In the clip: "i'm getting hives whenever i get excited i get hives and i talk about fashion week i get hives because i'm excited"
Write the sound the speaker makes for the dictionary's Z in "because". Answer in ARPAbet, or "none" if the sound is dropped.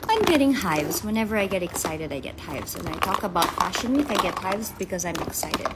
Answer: Z